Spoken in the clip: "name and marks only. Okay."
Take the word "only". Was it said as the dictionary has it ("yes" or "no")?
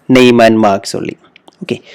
no